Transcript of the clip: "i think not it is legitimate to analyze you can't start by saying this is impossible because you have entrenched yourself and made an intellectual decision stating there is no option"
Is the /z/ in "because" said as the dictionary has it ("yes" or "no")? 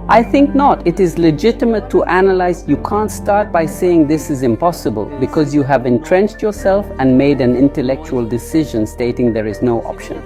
yes